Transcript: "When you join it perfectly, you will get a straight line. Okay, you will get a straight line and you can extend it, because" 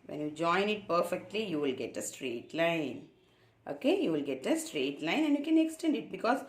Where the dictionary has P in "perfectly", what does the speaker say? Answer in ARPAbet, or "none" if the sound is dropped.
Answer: P